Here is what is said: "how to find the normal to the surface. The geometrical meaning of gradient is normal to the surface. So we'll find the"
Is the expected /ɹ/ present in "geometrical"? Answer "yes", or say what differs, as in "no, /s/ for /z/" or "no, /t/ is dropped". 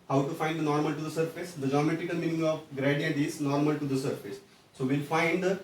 no, /ɹ/ is dropped